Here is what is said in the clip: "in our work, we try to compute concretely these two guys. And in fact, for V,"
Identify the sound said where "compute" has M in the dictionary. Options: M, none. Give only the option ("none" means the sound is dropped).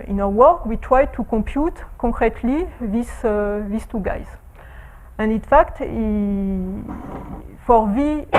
none